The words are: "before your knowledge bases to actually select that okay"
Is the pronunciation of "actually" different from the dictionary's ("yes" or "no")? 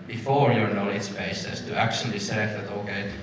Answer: yes